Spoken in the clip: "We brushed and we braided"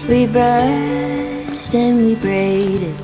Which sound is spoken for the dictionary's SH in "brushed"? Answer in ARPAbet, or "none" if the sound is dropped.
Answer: S